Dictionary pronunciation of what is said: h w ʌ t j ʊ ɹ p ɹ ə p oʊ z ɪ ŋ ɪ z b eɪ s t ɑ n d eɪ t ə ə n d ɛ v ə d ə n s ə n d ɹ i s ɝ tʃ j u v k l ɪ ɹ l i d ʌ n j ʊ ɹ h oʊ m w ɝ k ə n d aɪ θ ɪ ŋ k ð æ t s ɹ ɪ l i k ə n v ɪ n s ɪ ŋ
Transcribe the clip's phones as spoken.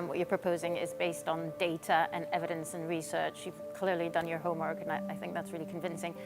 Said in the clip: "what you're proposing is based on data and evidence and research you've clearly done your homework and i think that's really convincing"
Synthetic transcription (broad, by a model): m w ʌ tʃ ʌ ɹ p ɹ ə p oʊ z ɪ ŋ ɪ z b eɪ s t n d eɪ t ə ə n ɛ v ə d ə n s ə n ɹ i s ɝ tʃ j u v k l ɪ ɹ l i d ʌ n j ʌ ɹ h oʊ m w ɝ k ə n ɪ aɪ θ ɪ ŋ k ð æ t s ɹ ɪ l i k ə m v ɪ n s ɪ ŋ